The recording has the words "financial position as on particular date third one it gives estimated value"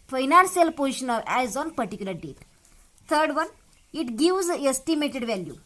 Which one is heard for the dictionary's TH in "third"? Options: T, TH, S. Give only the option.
T